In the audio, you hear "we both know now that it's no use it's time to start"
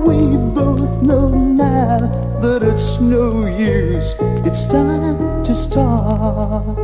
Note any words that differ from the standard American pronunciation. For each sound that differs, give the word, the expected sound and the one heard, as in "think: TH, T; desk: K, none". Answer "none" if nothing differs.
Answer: none